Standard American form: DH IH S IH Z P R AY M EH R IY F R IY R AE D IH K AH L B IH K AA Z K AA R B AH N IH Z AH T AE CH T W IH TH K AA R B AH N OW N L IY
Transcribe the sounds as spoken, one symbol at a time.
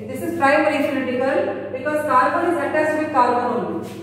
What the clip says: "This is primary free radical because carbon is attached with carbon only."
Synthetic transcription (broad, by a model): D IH S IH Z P R AY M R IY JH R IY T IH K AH L B IH K AA Z K AA R B AH N IH Z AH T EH S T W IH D K AA R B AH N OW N